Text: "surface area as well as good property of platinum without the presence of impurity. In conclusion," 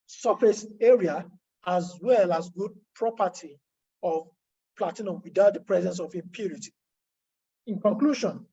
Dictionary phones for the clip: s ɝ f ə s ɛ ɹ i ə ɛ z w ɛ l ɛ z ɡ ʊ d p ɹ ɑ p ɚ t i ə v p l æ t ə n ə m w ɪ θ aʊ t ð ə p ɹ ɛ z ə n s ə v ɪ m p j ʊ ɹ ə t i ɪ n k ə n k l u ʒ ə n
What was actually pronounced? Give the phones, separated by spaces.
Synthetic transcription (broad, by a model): s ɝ f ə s ɛ ɹ i ə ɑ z w ɛ l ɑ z ɡ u d p ɹ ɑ p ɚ t i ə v p l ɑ t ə n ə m w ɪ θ aʊ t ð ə p ɹ ɛ z ə n s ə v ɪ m p j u ɹ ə t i ɪ n k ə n k l u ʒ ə n